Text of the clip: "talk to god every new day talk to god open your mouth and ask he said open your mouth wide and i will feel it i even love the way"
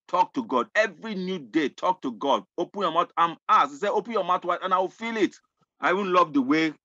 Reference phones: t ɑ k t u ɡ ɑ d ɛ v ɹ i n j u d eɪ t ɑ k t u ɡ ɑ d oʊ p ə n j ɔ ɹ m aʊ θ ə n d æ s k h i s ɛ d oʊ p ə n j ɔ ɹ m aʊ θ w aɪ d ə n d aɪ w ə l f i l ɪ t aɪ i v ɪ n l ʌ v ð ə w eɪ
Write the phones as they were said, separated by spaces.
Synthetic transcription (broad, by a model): t ɑ k t u ɡ ɑ d ɛ v ɹ i n j u d eɪ t ɑ k t u ɡ ɑ d oʊ p ə n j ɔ m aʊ t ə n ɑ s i s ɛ oʊ p ə n j ɔ m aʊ t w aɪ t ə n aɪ w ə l f i l ɪ t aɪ i v ɪ n l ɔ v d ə w eɪ